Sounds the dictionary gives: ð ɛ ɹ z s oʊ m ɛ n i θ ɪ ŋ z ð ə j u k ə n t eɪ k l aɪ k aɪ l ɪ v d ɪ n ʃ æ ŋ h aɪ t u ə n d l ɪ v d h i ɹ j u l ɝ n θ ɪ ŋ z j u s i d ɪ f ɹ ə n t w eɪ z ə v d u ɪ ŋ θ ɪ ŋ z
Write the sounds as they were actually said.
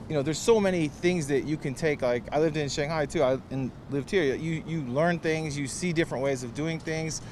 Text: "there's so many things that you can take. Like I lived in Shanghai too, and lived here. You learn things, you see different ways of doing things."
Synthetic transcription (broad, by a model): ð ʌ ɹ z s oʊ m ɛ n i θ ɪ ŋ z ð ə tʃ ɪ k ə n t eɪ k l aɪ k aɪ l ɪ v d ɪ n ʃ æ ŋ h aɪ t u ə n l ɪ v d h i ɹ j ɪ l ɝ n θ ɪ ŋ z j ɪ s i d ɪ f ɹ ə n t w eɪ z ə v d u ɪ ŋ θ ɪ ŋ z